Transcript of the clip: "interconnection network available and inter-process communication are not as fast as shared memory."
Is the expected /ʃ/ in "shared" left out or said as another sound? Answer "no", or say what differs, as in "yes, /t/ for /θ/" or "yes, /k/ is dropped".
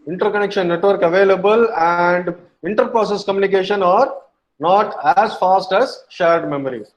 no